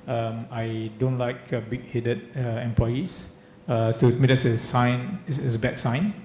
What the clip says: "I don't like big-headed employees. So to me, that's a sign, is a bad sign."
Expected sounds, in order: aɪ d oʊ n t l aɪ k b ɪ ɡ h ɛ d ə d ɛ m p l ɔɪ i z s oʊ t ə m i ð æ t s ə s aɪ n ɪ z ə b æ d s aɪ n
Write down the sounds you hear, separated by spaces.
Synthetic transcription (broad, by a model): aɪ d oʊ n t l aɪ k b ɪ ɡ h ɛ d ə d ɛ m p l ɔɪ i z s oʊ s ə m i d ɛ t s ə s aɪ n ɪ s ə b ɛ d s aɪ n